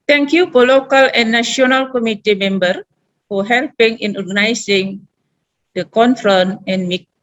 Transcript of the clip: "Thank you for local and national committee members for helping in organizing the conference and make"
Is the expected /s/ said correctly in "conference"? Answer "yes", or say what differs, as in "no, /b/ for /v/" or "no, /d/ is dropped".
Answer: no, /s/ is dropped